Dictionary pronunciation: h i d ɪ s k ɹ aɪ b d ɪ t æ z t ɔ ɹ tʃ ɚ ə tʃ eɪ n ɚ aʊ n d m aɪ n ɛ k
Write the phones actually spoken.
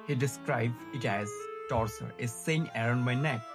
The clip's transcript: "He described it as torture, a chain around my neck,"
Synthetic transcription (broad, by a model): h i d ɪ s k ɹ aɪ b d ɪ t æ z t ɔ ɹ s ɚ ə s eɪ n ɚ aʊ n d m aɪ n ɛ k